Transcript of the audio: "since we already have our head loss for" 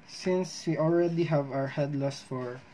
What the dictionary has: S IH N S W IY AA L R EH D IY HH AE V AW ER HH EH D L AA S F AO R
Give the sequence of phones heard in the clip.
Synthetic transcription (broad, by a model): S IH N S W IY AA L R EH D IY HH AE V AW ER HH EH D L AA S F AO R